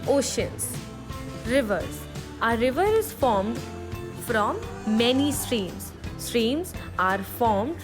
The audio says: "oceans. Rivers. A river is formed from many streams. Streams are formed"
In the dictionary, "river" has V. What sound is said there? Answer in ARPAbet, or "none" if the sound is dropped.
V